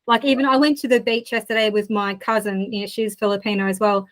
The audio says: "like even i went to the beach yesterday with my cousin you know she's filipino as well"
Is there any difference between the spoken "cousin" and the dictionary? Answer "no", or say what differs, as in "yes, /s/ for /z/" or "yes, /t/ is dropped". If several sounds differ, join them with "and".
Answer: no